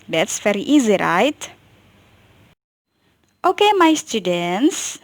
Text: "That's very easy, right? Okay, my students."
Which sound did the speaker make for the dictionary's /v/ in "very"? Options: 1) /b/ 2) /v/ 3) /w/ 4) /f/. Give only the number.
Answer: 4